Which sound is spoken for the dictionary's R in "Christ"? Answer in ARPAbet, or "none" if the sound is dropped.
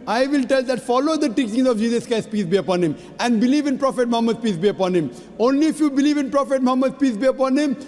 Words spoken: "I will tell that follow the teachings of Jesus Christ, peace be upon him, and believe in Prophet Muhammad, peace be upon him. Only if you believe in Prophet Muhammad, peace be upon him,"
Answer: none